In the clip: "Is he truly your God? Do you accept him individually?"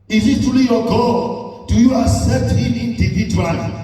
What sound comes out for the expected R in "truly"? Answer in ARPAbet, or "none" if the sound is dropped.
none